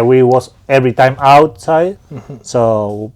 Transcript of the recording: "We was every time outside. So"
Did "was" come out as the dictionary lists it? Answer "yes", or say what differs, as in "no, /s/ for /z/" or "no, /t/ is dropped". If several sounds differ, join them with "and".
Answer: no, /s/ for /z/